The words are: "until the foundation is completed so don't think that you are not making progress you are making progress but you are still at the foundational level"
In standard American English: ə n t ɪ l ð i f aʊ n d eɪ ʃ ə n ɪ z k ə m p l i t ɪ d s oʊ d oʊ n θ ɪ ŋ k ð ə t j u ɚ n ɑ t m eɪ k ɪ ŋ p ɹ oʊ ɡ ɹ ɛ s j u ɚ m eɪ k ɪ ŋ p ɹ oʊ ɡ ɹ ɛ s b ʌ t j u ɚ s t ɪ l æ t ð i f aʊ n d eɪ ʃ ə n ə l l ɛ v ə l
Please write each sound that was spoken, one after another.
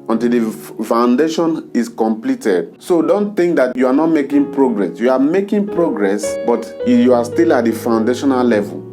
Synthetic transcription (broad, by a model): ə n t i l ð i f aʊ n d eɪ ʃ ə n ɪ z k ə m p l i t ɪ d s oʊ d oʊ n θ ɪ ŋ k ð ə t j u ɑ n ɑ t m eɪ k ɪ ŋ p ɹ oʊ ɡ ɹ ɛ s j u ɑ m eɪ k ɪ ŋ p ɹ oʊ ɡ ɹ ɛ s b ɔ t j u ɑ s t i l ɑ t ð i f aʊ n d eɪ ʃ ə n ə l l ɛ v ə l